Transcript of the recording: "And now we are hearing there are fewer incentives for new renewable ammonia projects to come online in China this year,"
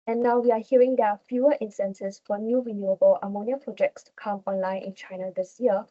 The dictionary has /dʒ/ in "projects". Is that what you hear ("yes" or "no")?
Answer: yes